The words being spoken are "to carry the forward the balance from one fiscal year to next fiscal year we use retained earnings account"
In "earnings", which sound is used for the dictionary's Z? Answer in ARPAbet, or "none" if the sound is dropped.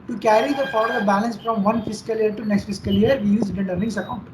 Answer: S